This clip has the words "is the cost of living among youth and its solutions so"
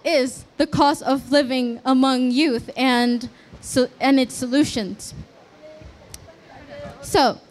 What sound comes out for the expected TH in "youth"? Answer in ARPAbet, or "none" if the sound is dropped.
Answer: TH